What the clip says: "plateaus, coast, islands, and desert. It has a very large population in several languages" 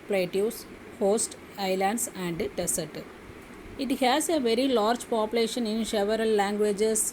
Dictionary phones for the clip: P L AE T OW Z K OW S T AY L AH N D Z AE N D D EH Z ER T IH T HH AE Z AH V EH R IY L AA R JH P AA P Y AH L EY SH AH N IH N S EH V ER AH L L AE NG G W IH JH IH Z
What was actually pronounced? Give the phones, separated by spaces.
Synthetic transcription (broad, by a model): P L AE T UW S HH OW S T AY L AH N D S AE N D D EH S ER T IH T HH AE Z AH V EH R IY L AA R JH P AA P Y AH L EY SH AH N IH N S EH V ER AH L L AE NG G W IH JH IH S